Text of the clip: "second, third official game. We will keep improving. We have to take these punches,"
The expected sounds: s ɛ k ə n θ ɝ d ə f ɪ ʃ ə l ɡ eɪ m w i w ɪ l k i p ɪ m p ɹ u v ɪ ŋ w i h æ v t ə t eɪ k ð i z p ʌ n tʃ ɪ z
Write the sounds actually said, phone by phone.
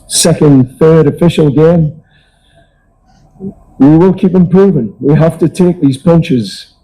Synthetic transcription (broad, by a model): s ɛ k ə n θ ɝ d ə f ɪ ʃ ə l ɡ eɪ m w i w ɪ l k i p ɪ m p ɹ u v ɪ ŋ w i h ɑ f t ə t eɪ k ð i z p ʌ n tʃ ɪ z